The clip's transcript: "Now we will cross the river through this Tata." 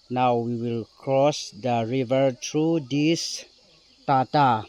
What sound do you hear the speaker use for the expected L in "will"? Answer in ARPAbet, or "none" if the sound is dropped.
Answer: L